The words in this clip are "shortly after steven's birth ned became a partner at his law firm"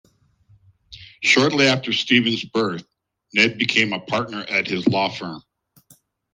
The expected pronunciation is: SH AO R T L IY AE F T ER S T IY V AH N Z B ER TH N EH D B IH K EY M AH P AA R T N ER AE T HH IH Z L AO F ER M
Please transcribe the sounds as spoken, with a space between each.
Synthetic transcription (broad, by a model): SH AO R T L IY AE F T ER S T IY V AH N Z B ER TH N EH D B IH K EY M AH P AA R T N ER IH T HH IH Z L AO F ER M